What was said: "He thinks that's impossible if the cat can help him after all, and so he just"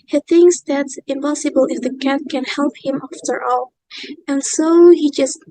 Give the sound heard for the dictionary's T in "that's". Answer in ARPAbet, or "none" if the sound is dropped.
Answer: T